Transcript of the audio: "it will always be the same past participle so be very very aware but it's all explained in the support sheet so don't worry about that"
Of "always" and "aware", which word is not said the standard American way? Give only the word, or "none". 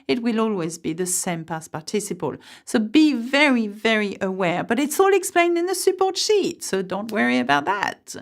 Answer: none